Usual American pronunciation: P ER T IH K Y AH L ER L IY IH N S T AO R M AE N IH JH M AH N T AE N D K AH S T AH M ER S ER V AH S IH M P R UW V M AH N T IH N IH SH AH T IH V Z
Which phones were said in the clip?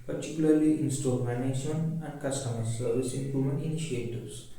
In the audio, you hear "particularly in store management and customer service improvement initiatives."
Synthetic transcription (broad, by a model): P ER T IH K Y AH L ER L IY IH N S T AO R M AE N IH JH AH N AE N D K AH S T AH M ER S ER V AH S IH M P R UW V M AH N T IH N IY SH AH T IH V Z